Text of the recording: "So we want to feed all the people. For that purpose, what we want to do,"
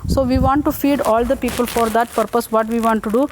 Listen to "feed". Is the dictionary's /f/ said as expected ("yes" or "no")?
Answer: yes